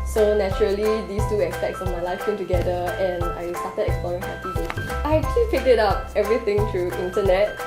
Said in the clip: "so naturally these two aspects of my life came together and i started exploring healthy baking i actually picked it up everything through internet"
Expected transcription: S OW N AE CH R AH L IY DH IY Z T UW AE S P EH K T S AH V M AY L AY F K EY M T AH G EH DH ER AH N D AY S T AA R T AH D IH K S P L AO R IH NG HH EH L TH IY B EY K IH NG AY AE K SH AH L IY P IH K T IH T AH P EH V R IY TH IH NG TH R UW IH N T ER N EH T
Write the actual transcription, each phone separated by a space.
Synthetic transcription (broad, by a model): S OW N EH CH R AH L IY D IY S T UW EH S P EH K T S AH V M AY L AY F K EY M T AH G EH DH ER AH N AY S T AA T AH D IH K S P L AO R IH NG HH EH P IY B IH AY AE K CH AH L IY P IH T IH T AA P EH V R IY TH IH NG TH R UW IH N T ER N EH T